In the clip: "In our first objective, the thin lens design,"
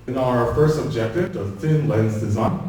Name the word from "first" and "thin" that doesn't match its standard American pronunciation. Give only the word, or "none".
none